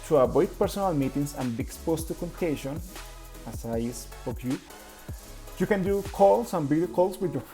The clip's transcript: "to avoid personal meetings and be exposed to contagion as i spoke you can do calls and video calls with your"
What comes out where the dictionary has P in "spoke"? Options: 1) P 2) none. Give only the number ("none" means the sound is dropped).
2